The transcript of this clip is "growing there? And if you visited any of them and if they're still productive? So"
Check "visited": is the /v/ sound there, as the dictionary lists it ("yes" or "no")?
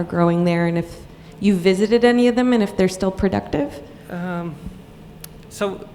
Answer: yes